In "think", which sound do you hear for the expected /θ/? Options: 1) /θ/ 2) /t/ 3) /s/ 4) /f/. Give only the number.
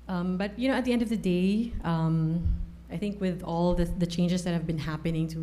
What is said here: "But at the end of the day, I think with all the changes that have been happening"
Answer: 1